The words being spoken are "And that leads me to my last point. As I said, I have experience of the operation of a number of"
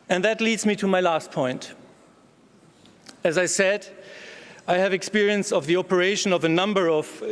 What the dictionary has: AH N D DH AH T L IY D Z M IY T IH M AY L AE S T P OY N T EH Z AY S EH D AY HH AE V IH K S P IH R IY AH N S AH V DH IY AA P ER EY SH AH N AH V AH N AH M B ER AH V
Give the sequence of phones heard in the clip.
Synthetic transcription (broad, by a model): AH N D DH AH T L IY D Z M IY T IH M AY L AE S T P OY N T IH Z AY S EH D AY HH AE V IH K S P IH R IY AH N S AH V DH IY AA P ER EY SH AH N AH V AH N AH M B ER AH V